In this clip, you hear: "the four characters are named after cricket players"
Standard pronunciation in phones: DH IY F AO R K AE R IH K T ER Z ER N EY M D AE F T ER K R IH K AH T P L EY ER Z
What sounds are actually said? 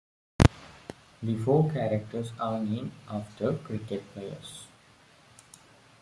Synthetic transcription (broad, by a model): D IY F AO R K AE R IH K T ER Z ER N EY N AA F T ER K R IH K AH T P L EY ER S